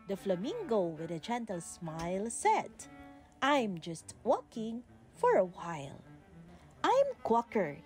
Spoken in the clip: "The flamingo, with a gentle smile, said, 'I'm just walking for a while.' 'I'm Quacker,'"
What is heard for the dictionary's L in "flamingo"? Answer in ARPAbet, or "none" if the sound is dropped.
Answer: L